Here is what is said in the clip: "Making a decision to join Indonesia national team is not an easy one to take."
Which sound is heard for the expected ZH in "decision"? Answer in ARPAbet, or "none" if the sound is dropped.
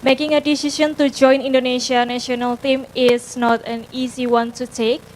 SH